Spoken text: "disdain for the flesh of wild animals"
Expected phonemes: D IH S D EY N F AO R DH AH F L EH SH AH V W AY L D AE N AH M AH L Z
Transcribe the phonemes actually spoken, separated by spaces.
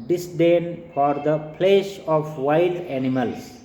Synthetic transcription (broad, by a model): D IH S D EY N F AO R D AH P L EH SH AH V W AY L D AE N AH M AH L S